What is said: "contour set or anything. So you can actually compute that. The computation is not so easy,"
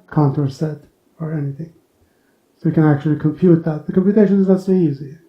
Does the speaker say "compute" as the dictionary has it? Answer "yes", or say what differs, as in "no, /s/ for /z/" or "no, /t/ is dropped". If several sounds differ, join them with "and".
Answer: yes